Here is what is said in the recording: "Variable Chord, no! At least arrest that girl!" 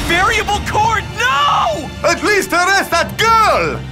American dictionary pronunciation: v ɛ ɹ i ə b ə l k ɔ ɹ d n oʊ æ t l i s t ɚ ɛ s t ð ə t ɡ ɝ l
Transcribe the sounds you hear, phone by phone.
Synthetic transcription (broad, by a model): v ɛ ɹ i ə b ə l k ɔ ɹ d n oʊ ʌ t l i s t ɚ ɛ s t ð ə t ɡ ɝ l